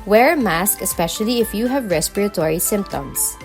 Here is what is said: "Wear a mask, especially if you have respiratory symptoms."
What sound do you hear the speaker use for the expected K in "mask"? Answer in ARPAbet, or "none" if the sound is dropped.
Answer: K